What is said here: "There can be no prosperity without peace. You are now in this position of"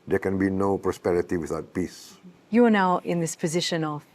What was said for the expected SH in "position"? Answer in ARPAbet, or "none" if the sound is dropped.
SH